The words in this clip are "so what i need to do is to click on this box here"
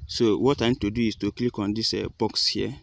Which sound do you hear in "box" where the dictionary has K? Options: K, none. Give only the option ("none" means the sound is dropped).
K